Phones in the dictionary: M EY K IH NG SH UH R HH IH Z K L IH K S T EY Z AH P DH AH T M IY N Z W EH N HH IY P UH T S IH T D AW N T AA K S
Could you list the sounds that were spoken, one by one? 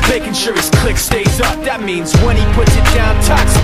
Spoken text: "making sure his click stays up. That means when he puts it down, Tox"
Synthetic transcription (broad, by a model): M EY K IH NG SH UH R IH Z K L IH K S T EY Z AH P DH AH T M IY N Z W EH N IY P UH T S IH T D AW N T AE K S